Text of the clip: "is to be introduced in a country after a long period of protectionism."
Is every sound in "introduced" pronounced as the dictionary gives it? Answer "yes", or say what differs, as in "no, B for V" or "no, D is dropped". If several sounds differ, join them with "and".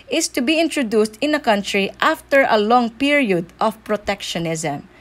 yes